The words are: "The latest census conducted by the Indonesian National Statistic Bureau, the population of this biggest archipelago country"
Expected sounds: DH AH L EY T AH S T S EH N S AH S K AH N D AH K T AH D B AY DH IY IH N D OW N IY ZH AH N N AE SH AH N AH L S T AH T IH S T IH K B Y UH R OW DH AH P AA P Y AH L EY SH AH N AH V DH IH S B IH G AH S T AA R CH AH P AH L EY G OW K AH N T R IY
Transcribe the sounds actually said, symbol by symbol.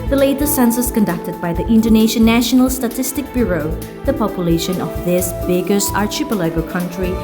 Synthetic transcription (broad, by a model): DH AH L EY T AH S S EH N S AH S K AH N D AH K T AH D B AY DH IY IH N D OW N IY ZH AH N N AE SH AH N AH L S T AH T IH S T IH K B Y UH R OW DH AH P AA P Y AH L EY SH AH N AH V DH IH S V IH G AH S AA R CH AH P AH L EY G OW K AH N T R IY